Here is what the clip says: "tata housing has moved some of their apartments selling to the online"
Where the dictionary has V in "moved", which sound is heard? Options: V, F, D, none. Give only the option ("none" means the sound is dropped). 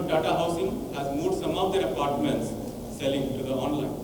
none